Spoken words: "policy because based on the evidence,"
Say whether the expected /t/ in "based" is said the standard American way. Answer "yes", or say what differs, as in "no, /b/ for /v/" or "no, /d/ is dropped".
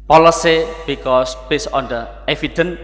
no, /t/ is dropped